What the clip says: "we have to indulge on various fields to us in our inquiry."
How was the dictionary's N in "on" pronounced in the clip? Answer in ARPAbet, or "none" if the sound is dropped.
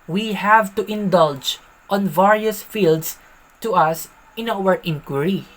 N